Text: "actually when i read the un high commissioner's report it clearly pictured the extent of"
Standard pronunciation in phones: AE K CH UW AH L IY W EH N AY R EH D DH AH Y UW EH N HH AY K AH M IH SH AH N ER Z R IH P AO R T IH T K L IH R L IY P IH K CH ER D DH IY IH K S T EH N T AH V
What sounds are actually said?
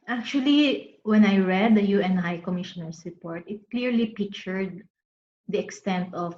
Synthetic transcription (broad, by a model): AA K CH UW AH L IY W EH N AY R EH D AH Y UW EH N HH AY K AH M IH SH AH N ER S R IH P AO R T IH T K L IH R L IY P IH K CH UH D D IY IH K S T EH N T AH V